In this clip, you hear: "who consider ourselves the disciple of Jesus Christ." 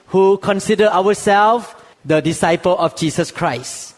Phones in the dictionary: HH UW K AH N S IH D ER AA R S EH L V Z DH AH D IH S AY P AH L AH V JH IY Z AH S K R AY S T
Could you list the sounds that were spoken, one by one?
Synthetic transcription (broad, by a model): HH UW K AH N S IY D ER AA W S EH L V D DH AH D IH S AY P AH L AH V JH IY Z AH S K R AY S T